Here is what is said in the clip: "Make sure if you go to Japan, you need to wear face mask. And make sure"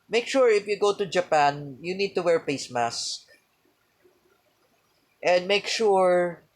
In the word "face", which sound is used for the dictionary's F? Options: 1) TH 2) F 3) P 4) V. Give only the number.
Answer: 3